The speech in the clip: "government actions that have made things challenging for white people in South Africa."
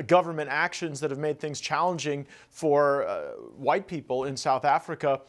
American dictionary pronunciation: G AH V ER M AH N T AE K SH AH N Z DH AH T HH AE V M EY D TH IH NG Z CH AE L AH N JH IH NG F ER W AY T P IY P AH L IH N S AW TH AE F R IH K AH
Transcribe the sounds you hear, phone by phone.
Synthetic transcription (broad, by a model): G AH V ER M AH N T AE K SH AH N Z DH AH T HH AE V M EY D TH IH NG Z CH AE L AH N JH IH NG F ER W AY T P IY P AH L IH N S AW TH AE F R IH K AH